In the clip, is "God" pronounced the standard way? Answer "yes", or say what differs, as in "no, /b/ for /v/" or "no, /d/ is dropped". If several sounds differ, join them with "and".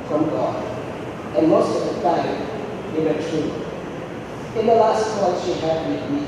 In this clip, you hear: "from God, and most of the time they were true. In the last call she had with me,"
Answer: no, /d/ is dropped